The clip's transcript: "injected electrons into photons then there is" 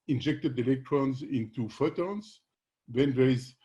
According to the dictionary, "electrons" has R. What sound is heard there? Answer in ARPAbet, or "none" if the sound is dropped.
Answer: R